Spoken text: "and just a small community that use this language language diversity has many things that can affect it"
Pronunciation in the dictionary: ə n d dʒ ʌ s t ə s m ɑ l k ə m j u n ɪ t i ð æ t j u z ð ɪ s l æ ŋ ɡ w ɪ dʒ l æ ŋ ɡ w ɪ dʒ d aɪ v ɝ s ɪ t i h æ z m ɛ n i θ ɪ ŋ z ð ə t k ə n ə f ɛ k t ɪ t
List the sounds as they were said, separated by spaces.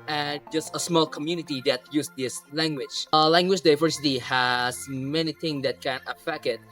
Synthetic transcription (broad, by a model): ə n dʒ ʌ s t ə s m ɑ l k ə m j u n ɪ t i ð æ t j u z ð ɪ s l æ ŋ ɡ w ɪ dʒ l æ ŋ ɡ w ɪ dʒ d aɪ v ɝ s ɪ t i h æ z m ɛ n i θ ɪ ŋ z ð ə t k ə n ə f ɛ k ɪ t